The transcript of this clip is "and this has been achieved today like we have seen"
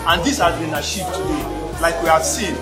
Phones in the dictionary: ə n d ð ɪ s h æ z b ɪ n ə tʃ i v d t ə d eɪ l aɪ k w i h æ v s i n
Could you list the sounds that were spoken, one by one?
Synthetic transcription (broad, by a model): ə n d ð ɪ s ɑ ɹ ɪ n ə ʃ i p t ə d eɪ l aɪ k w i h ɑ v s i n